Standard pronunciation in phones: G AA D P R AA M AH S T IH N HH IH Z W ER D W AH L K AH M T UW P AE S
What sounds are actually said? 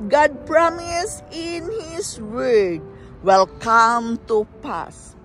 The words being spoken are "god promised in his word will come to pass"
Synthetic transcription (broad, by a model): G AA D P R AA M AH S IH N HH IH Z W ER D W AH L K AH M T UW P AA S